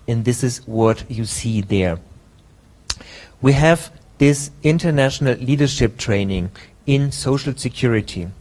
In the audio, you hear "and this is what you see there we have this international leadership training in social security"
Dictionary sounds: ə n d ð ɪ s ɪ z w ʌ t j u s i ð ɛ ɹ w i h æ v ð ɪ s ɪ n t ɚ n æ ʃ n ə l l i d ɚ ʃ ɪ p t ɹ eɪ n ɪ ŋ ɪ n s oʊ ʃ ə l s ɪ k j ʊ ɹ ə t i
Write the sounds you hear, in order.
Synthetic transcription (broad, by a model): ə n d ð ɪ s ɪ z w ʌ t j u s i ð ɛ ɹ w i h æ v ð ɪ s ɪ n t ɚ n æ ʃ n ə l l i d ɚ ʃ ɪ p t ɹ eɪ n ɪ ŋ ɪ n s oʊ ʃ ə l s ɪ k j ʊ ɹ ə t i